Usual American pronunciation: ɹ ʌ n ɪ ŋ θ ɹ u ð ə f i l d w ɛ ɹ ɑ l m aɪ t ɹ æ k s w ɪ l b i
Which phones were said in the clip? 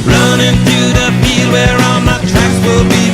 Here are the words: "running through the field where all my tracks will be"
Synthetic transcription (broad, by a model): ɹ ʌ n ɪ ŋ θ ɹ u ð ə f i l w ɛ ɹ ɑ n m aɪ t ɹ æ k s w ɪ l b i